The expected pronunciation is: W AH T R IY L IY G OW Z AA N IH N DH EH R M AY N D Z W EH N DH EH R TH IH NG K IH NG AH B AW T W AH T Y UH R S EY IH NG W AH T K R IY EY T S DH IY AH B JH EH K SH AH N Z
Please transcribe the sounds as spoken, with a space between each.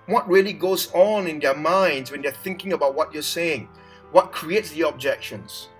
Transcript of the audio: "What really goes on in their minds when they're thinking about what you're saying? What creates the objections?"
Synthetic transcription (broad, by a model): W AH T R IY L IY G OW Z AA N IH N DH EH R M AY N D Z W EH N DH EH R TH IH NG K IH NG AH B AW T W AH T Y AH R S EY IH NG W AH T K R IY EY T S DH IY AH B JH EH K SH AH N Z